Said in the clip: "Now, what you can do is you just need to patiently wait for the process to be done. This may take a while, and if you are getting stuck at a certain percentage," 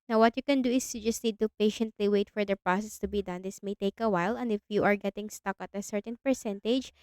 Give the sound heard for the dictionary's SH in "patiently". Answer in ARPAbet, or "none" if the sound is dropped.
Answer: SH